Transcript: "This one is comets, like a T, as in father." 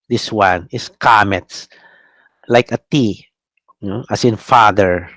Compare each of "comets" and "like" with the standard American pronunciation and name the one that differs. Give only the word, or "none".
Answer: none